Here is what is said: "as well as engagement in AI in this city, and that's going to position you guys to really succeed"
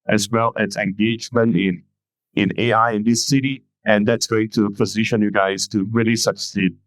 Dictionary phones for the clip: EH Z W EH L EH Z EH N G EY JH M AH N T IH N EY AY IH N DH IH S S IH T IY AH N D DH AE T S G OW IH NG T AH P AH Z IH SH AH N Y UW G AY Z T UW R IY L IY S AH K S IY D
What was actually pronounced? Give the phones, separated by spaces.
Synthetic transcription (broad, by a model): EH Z W EH L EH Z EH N G EY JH M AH N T IH N EY AY IH N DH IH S S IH T IY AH N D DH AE T S G OW IH NG T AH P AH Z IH SH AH N Y UW G AY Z T UW R IY L IY S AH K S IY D